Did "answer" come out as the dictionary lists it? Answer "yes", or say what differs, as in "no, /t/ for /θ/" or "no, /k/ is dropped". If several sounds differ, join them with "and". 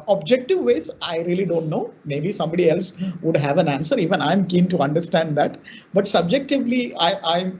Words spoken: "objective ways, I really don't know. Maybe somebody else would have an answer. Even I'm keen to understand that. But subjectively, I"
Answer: yes